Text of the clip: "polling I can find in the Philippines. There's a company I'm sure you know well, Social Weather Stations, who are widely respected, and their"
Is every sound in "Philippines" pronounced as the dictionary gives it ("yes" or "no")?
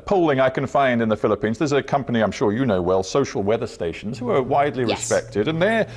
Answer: yes